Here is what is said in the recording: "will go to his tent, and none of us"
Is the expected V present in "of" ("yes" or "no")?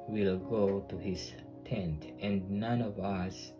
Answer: yes